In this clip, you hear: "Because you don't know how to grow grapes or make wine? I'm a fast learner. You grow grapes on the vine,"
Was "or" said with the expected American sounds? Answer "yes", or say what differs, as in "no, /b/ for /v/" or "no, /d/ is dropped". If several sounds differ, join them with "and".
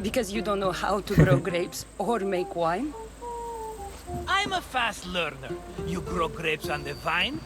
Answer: yes